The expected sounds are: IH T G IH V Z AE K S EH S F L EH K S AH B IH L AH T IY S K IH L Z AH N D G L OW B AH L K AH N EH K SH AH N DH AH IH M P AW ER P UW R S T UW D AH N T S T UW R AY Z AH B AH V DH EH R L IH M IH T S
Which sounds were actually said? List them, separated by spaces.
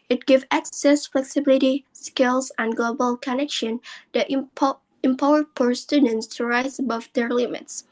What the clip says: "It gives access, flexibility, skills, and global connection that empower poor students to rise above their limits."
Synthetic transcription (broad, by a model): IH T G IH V AE K S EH S F L EH K S AH B IH L AH T IY S K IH L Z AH N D G L OW B AH L K AH N EH K SH AH N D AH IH M P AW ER P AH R S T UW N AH N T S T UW R AY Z AH B AH V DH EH R L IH M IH T S